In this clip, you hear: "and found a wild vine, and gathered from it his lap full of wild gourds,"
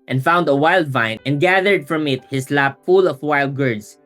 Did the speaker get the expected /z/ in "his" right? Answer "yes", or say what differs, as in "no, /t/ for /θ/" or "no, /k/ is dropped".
no, /s/ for /z/